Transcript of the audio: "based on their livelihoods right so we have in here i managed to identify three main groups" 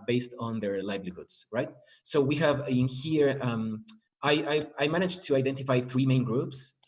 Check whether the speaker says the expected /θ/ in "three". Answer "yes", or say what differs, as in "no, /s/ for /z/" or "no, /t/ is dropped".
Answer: yes